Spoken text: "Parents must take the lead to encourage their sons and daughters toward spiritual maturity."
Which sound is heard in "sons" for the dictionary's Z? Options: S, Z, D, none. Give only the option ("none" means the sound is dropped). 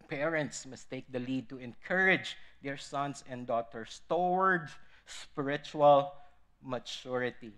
S